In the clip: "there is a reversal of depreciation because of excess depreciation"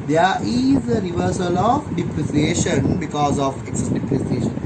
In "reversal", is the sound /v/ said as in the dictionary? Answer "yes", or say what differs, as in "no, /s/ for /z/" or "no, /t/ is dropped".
yes